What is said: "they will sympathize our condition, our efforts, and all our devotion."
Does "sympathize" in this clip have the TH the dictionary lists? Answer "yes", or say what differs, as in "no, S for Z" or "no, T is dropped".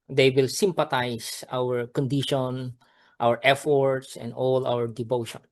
no, T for TH